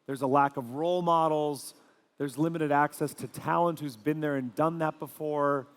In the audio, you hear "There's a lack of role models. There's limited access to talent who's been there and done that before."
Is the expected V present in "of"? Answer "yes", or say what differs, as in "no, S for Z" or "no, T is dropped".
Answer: yes